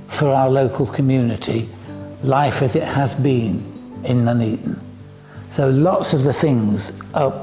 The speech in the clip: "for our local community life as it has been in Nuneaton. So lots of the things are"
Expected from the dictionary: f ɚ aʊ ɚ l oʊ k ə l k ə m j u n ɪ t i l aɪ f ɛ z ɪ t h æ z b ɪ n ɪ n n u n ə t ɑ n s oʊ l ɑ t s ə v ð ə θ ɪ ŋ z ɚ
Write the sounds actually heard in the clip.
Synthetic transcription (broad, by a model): f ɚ aʊ ɚ l oʊ k ə l k ə m j u n ɪ t i l aɪ f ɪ z ɪ t h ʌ z b ɪ n ɪ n n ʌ n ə t n s oʊ l ɑ t s ə v ð ə θ ɪ ŋ z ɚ